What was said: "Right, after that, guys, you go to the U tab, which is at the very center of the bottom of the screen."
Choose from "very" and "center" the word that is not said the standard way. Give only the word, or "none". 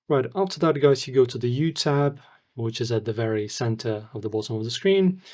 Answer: none